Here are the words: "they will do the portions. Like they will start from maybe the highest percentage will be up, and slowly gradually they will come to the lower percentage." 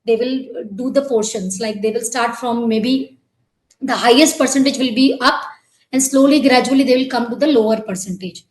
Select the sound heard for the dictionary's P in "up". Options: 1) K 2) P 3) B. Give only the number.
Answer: 2